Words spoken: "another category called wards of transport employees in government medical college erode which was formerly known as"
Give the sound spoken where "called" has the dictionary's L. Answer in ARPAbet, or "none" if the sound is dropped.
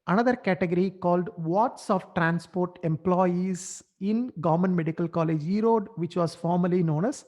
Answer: L